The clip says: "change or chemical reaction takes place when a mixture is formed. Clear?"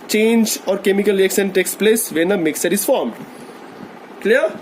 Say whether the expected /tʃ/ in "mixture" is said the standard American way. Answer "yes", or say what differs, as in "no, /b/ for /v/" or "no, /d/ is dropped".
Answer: no, /tʃ/ is dropped